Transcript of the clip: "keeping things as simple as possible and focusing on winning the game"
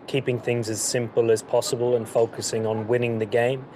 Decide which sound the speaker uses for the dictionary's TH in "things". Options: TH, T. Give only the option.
TH